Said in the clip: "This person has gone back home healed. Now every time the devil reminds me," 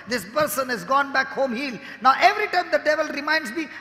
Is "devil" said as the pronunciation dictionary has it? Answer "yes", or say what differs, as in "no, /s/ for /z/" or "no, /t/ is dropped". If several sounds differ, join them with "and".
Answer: yes